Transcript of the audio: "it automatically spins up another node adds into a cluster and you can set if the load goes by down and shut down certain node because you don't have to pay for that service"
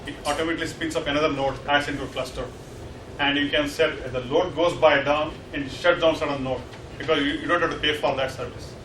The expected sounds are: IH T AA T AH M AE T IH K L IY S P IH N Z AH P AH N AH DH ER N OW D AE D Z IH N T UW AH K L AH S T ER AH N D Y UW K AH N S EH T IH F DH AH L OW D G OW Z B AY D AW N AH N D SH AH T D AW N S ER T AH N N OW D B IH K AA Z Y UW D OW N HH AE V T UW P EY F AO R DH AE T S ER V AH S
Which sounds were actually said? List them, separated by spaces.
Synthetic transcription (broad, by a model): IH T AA T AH M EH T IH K L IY S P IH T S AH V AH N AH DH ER N OW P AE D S IH N T UW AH K L AH S T ER AH N D Y UW K AH N S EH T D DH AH L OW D G OW Z B AY D AW N AH N D SH AH T D AW N S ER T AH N N OW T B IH K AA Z Y UW D OW N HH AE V T UW P EY F AO R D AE T S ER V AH S